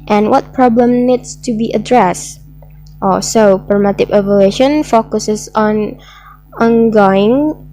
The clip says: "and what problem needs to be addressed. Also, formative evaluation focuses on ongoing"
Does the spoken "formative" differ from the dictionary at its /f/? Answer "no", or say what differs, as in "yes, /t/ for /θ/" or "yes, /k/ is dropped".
yes, /p/ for /f/